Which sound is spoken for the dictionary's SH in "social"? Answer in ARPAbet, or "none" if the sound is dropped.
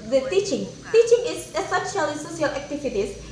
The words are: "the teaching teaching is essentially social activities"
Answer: S